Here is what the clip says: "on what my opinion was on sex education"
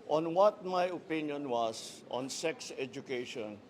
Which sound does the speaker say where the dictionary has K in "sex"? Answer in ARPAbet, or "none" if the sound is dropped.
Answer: K